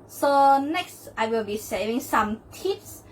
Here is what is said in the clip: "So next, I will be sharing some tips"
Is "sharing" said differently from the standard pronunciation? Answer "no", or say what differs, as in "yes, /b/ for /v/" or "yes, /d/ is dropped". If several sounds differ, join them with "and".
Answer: yes, /s/ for /ʃ/